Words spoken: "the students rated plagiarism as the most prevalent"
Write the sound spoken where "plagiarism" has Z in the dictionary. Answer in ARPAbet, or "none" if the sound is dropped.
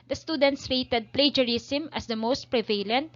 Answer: S